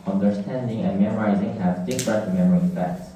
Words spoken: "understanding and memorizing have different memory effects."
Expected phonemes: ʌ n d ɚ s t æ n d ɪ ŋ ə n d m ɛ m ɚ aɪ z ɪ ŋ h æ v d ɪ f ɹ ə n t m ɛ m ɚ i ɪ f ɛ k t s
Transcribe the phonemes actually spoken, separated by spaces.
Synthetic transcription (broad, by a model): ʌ n d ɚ s t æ n d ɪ ŋ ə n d m ɛ m ɚ aɪ z ɪ ŋ h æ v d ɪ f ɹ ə t m ɛ m ɚ i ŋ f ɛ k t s